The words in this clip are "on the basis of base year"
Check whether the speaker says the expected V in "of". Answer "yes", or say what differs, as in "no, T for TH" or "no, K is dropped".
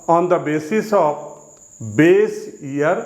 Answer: no, P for V